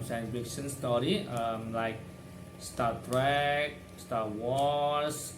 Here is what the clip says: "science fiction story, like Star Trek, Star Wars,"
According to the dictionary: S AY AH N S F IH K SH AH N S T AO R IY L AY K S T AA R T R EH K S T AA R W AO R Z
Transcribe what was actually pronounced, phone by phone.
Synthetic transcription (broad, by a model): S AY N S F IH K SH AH N S T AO R IY L AY K S T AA T R EH K S T AA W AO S